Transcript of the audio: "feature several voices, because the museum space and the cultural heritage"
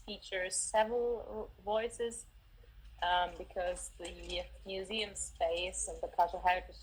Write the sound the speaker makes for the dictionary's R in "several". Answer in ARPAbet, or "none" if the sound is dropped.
R